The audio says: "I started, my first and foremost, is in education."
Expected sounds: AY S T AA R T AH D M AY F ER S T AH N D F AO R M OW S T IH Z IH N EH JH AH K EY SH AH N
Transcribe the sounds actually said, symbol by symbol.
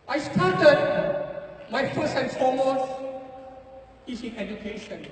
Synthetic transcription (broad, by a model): AY S T AA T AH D M AY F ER S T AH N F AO M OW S IH S IH N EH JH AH K EY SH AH N